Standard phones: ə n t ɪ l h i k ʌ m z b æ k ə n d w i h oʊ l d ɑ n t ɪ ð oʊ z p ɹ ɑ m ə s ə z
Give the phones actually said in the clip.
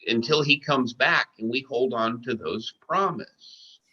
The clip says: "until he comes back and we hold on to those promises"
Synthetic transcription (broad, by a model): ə n t ɪ l i k ʌ m z b æ k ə n w i h oʊ l d n t ɪ ð oʊ z p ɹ ɑ m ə s